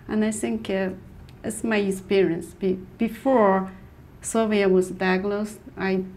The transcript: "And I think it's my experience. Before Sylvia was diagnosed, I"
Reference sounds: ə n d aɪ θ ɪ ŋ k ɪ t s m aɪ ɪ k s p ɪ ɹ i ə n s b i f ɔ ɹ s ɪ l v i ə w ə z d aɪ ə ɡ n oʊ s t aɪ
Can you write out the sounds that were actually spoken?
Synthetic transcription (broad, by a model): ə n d aɪ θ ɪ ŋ k ɪ t s m aɪ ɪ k s p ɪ ɹ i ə n s b i f ɔ ɹ s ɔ v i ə w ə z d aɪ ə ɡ l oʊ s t aɪ